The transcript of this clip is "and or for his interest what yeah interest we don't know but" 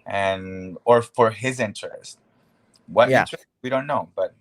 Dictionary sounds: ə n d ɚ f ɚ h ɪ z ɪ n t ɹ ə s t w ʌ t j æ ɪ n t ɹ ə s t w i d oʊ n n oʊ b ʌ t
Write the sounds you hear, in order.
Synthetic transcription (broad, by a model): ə n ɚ f ɚ h ɪ z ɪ n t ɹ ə s t w ʌ t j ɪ t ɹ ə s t w i d oʊ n n oʊ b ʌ t